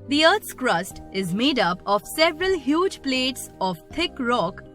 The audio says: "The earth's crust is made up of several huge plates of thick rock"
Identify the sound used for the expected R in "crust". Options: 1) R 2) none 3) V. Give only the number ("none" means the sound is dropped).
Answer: 1